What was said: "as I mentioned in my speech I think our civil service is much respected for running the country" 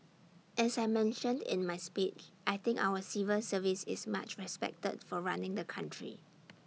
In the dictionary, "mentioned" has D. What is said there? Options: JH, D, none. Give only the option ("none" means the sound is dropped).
D